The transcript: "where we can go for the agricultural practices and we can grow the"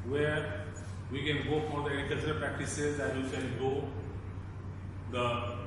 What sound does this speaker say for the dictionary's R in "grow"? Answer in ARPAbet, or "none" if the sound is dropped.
none